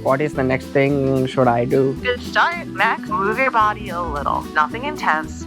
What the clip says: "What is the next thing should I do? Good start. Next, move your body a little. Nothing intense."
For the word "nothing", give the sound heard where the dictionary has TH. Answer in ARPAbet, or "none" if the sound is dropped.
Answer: TH